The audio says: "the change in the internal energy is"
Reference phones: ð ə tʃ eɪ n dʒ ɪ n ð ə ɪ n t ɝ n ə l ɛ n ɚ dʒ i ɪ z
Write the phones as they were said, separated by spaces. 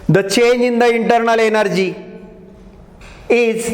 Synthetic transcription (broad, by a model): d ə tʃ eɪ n ɪ n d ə ɪ n t ɝ n ə l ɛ n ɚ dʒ i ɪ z